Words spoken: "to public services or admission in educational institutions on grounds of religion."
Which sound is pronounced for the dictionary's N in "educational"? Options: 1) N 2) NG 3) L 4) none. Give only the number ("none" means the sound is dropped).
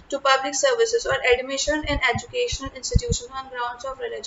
1